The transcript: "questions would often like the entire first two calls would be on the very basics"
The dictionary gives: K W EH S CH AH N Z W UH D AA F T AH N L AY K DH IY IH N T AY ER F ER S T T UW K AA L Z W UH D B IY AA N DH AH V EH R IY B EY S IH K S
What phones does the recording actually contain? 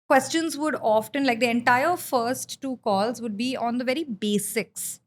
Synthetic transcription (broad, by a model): K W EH S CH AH N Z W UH D AA F T AH N L AY K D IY IH N T AY ER F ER S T T UW K AA L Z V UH D B IY AA N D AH V EH R IY B EY S IH K S